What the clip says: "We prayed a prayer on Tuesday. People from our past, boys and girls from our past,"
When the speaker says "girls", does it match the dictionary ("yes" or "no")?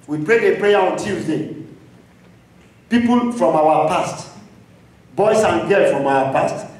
no